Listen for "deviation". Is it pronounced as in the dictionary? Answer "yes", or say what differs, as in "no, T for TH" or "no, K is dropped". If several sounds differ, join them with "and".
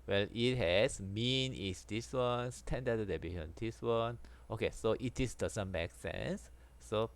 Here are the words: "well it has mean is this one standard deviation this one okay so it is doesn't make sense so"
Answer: no, B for V